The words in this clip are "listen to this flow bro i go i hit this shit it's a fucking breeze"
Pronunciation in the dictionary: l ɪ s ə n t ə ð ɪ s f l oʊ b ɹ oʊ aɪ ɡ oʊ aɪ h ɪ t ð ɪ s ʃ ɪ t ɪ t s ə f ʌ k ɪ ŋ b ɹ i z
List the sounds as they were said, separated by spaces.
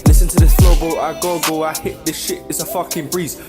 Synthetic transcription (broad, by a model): l ɪ s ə n t ə ð ɪ s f oʊ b l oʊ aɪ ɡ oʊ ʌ h ɪ t ð ɪ s ʃ ɪ t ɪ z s ə f ʌ k ɪ ŋ b ɹ i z